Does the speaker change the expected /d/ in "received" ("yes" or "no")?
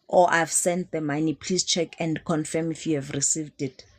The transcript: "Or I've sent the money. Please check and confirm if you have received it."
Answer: no